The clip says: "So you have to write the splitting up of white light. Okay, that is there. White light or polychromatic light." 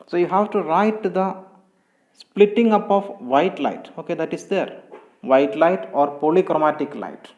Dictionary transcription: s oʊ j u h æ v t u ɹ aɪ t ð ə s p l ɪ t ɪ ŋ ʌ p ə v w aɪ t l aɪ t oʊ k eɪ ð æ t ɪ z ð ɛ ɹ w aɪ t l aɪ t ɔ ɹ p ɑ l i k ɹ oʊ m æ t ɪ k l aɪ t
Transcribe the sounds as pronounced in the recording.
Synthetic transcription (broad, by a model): s oʊ j u h æ v t u ɹ aɪ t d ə s p l ɪ t ɪ ŋ ʌ p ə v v aɪ t l aɪ t oʊ k eɪ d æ t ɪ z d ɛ ɹ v aɪ t l aɪ t ɔ ɹ p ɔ l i k ɹ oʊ m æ t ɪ k l aɪ t